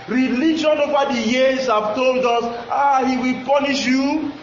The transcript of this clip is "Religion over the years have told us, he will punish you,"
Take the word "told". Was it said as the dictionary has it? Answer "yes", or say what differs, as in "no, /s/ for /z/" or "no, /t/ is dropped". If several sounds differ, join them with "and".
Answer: yes